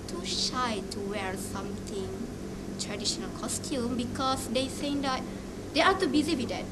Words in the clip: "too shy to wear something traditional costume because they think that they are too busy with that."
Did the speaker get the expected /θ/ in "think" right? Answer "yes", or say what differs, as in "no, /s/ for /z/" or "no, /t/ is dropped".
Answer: no, /s/ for /θ/